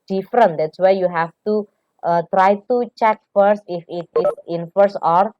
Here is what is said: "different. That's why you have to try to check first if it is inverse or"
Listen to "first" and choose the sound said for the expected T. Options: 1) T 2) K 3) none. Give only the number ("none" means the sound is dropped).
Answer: 1